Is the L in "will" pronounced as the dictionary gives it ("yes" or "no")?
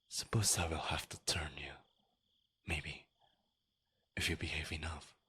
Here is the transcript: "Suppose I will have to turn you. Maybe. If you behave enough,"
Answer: yes